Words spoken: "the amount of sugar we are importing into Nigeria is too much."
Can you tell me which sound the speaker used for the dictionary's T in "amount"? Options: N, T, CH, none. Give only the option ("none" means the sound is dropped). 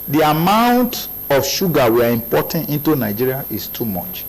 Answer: T